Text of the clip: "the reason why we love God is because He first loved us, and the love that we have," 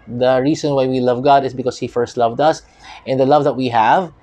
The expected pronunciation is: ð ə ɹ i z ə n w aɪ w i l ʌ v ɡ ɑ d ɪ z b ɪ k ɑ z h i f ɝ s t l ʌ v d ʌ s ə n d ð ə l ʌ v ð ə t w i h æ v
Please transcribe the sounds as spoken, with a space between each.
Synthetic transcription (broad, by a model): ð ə ɹ i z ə n w aɪ w i l ʌ v ɡ ɑ d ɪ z b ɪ k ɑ s h i f ɝ s t l ʌ v d ʌ s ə n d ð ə l ʌ v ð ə t w i h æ v